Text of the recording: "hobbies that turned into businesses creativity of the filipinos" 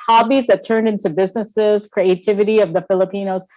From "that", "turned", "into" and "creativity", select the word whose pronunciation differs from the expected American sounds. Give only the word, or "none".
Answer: none